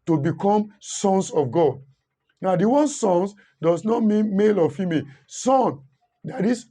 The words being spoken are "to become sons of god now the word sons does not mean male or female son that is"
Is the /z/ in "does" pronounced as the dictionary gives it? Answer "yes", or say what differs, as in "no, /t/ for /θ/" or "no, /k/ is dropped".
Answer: no, /s/ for /z/